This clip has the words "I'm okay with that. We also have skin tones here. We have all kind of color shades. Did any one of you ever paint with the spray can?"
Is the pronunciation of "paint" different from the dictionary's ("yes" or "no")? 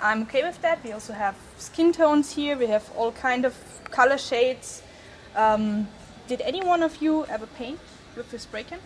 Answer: no